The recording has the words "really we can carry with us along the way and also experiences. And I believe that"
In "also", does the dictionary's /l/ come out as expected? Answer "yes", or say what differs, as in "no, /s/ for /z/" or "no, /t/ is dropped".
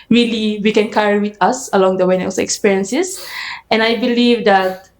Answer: no, /l/ is dropped